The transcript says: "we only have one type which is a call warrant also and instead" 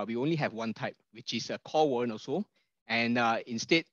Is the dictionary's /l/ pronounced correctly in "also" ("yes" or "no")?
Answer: no